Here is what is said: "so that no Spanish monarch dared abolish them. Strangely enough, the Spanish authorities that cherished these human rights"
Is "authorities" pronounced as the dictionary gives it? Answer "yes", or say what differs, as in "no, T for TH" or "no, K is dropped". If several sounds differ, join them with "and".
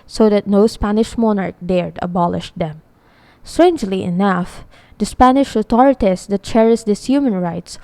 no, T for TH